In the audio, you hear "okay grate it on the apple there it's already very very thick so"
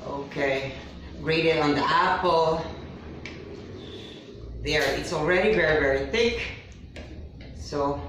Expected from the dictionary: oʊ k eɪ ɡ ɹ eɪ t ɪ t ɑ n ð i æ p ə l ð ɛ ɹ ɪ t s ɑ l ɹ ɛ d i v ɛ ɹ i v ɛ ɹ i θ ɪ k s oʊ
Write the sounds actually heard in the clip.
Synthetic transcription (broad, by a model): oʊ k eɪ ɹ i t ɪ t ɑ n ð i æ p l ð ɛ ɹ ɪ t s ɑ l ɹ ɛ d i v ɛ ɹ i v ɛ ɹ i θ ɪ k s oʊ